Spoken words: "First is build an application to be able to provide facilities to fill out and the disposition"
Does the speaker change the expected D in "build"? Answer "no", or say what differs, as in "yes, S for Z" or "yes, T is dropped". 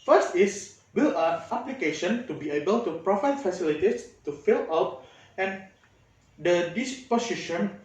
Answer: yes, D is dropped